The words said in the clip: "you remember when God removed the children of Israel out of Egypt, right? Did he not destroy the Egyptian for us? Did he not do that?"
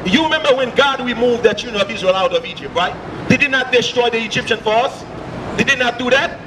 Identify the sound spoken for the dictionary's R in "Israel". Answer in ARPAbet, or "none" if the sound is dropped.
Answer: R